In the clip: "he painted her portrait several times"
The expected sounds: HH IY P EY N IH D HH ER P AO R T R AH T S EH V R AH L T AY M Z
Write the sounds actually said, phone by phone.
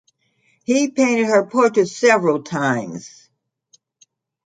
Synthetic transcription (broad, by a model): HH IY P EY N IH D HH ER P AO R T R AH S EH V R AH L T AY M Z